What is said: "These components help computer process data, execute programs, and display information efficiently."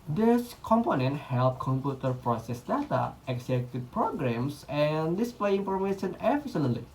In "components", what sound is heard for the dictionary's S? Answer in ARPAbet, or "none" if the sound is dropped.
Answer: none